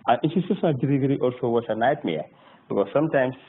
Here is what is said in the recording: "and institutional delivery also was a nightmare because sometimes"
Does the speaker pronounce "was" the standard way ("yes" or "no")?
no